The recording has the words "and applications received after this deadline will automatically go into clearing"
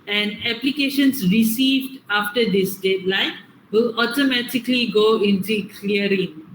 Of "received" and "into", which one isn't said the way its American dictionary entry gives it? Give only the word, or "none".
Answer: none